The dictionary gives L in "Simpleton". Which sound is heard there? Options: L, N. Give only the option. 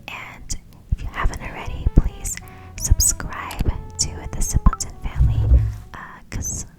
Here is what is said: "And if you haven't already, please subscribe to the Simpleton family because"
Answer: N